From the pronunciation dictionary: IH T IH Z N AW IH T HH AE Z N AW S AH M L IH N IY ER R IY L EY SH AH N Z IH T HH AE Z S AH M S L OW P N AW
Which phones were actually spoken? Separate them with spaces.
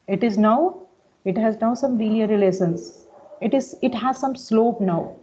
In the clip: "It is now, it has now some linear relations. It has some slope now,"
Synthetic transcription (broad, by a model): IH T IH Z N AW IH T HH AE Z N AW S AH M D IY L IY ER R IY L EY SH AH N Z IH T HH AE Z S AH M S L OW P N AW